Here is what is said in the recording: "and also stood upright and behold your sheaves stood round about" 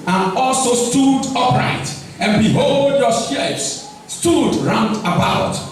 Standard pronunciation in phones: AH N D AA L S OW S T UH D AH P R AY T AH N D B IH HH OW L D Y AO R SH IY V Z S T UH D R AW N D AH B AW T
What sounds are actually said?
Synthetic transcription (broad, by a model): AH N AA L S OW S T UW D AH P R AY T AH N B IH HH OW L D Y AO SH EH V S S T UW D R AW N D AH B AW T